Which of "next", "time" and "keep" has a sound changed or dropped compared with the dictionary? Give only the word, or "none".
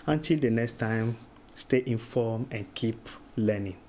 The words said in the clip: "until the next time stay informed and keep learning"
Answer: none